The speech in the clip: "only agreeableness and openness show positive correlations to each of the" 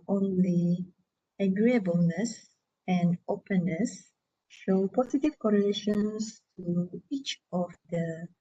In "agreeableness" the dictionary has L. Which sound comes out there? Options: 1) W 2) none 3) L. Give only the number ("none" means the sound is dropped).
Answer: 3